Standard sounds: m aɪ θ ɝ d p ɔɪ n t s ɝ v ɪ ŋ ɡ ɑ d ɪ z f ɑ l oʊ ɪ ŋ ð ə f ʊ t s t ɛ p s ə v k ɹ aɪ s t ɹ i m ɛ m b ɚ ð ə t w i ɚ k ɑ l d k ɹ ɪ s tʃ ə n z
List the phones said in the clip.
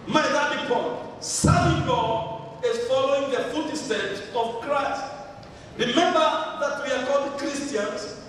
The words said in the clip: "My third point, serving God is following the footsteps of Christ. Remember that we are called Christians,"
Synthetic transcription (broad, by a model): m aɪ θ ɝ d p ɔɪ t s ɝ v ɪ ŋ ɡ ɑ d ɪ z f ɑ l oʊ ɪ ŋ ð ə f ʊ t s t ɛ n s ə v k ɹ aɪ s t ɹ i m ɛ m b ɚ ð ə t w i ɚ k ɑ l d k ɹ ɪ s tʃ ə n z